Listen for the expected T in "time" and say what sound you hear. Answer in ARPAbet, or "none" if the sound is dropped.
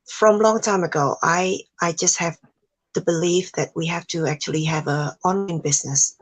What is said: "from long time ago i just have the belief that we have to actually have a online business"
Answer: T